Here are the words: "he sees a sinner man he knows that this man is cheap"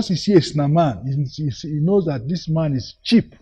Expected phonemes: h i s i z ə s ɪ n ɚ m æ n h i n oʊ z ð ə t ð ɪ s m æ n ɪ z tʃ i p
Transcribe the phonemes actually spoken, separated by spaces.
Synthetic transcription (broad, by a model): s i s i ə s n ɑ m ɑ n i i n oʊ z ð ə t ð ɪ s m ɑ n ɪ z tʃ i p